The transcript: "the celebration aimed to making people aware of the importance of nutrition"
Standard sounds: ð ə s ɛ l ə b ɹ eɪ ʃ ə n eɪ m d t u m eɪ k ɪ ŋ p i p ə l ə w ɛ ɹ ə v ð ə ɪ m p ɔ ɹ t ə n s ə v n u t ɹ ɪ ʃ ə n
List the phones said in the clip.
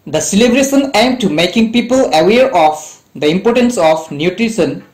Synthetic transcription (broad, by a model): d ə s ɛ l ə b ɹ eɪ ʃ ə n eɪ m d t u m eɪ k ɪ ŋ p i p ə l ə w ɛ ɹ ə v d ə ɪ m p ɔ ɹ t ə n s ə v n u t ɹ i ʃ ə n